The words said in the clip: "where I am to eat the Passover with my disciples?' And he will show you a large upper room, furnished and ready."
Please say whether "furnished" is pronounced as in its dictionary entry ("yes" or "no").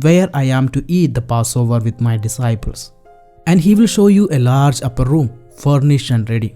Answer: no